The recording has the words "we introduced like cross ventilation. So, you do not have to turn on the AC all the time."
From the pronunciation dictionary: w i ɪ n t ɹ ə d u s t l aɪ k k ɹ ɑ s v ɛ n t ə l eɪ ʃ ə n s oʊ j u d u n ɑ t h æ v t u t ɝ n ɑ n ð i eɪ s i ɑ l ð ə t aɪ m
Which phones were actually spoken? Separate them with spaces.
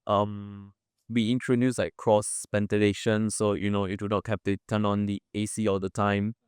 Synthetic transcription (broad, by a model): w i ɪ n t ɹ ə d u s l aɪ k k ɹ ɑ s p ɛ n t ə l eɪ ʃ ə n s oʊ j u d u n ɑ t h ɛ p t u t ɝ n ɑ n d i eɪ s i ɑ l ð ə t aɪ m